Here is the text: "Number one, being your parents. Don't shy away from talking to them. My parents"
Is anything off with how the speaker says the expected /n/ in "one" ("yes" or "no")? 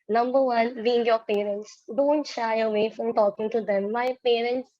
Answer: no